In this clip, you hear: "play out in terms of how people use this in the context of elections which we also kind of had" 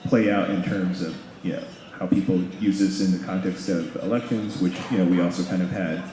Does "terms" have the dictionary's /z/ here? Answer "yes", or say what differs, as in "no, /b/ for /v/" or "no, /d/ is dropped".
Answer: yes